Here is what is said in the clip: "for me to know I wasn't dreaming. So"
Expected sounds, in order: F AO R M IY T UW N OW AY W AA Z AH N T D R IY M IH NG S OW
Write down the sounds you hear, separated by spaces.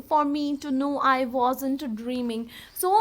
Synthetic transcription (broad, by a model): F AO R M IY T UW N OW AY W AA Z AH N T D R IY M IH NG S OW